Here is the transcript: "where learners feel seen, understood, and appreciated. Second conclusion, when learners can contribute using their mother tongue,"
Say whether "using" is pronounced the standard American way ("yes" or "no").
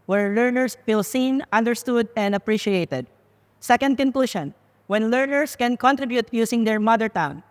no